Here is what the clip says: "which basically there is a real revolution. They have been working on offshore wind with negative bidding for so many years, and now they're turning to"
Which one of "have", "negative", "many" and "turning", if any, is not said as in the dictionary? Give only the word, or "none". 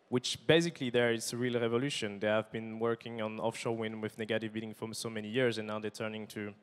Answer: none